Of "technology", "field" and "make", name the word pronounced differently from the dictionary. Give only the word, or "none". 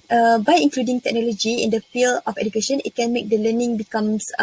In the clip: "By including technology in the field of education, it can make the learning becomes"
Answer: field